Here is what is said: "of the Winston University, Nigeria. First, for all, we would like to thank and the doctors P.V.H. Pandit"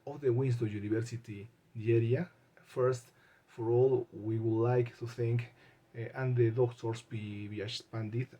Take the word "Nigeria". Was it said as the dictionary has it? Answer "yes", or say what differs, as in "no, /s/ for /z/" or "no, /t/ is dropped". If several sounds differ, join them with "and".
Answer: no, /dʒ/ is dropped